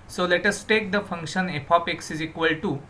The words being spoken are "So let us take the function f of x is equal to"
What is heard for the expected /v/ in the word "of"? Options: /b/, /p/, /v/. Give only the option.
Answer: /p/